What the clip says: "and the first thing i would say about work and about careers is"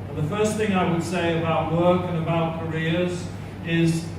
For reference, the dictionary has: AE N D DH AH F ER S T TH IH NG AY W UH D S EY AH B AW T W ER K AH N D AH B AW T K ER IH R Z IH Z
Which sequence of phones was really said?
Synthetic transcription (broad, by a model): DH AH F ER S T TH IH NG AY W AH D S EY AH B AW T W ER K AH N AH B AW T K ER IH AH Z IH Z